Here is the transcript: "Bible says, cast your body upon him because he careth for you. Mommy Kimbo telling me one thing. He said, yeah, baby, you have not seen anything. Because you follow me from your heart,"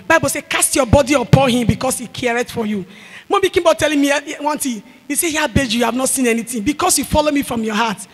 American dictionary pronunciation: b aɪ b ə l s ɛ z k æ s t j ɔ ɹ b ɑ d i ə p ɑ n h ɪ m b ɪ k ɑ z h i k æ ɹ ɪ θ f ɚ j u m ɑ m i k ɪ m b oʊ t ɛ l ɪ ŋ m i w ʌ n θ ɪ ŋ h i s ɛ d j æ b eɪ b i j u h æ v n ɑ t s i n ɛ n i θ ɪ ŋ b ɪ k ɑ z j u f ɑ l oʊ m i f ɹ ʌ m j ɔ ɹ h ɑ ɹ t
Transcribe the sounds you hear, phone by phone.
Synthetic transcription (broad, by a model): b aɪ b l s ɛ k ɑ s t j ɔ b ɑ d i ə p ɑ n h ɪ m b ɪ k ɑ s h i k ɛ ɹ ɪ t f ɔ j u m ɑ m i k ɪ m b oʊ t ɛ l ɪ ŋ m i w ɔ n t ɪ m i s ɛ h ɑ b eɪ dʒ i j u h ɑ v n ɑ t s i n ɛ n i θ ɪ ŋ b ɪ k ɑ s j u f ɑ l oʊ m i f ɹ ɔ m j ɔ h ɑ t